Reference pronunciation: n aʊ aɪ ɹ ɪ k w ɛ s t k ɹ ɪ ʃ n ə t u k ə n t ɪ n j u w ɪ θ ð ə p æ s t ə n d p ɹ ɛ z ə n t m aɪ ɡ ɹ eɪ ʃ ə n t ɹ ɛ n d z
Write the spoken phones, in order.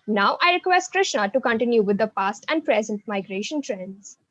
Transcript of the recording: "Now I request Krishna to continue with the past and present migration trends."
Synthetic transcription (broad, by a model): n aʊ aɪ ɹ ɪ k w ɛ s t k ɹ ɪ ʃ n ə t u k ə n t ɪ n j u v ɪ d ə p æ s t ə n d p ɹ ɛ z ə n t m aɪ ɡ ɹ eɪ ʃ ə n t ɹ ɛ n d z